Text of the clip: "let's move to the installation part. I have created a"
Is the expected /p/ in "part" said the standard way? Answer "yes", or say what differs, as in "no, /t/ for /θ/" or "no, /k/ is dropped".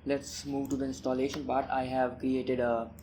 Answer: no, /b/ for /p/